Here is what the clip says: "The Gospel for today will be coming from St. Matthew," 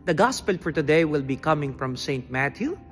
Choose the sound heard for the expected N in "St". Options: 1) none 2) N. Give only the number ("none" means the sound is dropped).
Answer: 2